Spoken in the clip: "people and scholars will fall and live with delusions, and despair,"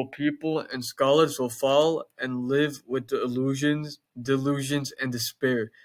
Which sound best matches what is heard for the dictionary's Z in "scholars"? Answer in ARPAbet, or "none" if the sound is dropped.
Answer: Z